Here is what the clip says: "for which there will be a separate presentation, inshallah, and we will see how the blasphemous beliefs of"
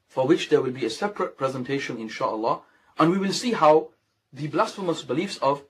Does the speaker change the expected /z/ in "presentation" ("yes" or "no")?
no